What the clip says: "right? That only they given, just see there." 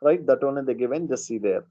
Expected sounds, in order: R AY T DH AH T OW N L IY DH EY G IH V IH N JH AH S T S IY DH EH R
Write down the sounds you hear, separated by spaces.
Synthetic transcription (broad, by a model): R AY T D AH T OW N IY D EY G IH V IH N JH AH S S IY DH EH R